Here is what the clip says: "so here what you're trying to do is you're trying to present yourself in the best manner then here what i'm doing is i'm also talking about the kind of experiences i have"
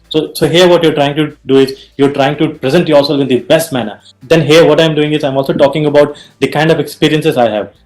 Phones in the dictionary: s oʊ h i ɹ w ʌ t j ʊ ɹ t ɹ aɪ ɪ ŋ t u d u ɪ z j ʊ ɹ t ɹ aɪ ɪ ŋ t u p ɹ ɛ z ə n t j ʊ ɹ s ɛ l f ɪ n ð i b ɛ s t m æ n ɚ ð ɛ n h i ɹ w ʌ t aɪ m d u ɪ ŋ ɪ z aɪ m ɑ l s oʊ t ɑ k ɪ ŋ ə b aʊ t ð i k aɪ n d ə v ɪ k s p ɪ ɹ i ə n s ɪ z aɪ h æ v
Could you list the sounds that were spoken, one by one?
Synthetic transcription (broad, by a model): s oʊ h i ɹ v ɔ t j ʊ ɹ t ɹ aɪ ɪ ŋ t u d u ɪ z j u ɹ t ɹ aɪ ɪ ŋ t u p ɹ ɛ z ə n t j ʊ l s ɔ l ɪ n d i b ɛ s t m æ n ɚ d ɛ n h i ɹ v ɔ t aɪ m d u ɪ ŋ ɪ z aɪ m ɑ l s oʊ t ɑ k ɪ ŋ ə b aʊ t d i k aɪ n d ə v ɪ k s p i ɹ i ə n s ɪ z aɪ h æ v